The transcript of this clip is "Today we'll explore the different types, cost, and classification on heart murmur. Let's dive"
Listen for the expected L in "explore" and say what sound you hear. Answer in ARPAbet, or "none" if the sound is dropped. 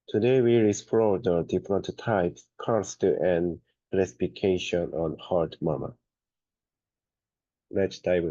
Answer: none